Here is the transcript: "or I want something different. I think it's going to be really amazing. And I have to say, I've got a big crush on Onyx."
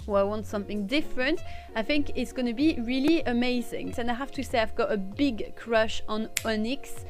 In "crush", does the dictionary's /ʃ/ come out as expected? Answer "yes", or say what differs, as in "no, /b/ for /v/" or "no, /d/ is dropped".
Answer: yes